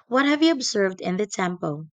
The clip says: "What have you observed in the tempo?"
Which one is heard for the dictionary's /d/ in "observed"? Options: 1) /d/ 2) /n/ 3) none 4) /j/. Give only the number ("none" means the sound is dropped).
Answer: 1